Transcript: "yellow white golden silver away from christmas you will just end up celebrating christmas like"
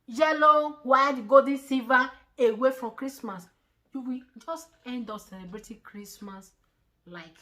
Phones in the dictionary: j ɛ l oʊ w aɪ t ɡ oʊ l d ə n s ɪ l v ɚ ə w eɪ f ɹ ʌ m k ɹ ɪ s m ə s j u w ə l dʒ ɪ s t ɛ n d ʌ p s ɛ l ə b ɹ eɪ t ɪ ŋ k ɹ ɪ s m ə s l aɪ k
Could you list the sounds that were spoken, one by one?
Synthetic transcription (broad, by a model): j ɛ l oʊ w aɪ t ɡ oʊ d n s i v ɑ ə w eɪ f ɹ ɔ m k ɹ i s m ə s j u w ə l dʒ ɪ s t ɛ n d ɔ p s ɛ l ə b ɹ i t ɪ k ɹ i s m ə s l aɪ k